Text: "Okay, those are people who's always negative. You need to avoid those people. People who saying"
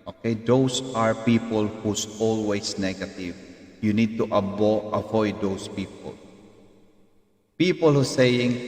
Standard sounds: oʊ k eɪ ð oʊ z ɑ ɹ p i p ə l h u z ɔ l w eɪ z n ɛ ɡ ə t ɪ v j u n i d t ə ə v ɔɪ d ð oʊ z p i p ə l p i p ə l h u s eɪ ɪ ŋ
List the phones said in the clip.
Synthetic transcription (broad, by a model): oʊ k eɪ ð oʊ s ɑ ɹ p i p ə l h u s ɔ l w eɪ s n ɛ ɡ ə t ɪ v j u n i d t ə ə v ɔɪ d oʊ s p i p ə l p i p ə l h u s eɪ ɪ ŋ